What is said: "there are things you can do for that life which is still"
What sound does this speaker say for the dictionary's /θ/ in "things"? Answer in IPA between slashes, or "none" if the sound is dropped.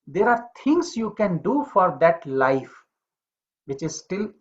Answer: /t/